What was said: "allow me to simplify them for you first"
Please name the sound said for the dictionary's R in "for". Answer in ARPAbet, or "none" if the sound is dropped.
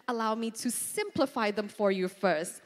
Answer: R